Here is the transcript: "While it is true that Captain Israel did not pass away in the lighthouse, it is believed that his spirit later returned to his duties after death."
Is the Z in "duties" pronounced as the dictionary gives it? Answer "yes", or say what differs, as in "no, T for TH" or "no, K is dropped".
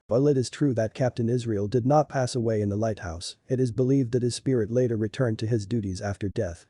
yes